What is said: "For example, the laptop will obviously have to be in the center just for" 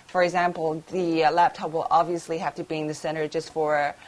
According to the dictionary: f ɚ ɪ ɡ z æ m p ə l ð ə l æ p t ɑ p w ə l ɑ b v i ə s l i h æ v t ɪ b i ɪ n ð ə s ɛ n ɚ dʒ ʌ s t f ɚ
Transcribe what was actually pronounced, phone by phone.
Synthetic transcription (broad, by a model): f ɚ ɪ ɡ z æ m p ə l ð ə l æ p t ɑ p w ə l ɑ b v i ə s l i h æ f t ɪ b i ɪ n ð ə s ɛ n ɚ dʒ ʌ s t f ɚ